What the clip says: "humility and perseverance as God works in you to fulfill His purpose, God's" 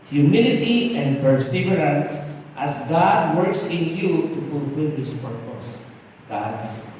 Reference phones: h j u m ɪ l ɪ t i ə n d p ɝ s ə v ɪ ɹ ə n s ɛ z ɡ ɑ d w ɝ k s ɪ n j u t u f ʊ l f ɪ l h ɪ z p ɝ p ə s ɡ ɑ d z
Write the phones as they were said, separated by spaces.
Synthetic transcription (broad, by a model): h j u m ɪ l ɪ t i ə n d p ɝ s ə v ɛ ɹ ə n s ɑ s ɡ ɑ d w ɝ k s ɪ n j u t u f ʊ l f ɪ l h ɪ s p ɝ p ə s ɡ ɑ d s